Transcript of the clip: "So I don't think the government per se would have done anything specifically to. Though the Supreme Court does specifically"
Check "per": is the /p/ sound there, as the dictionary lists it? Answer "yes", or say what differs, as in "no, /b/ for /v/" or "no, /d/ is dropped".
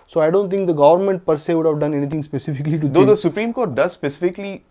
yes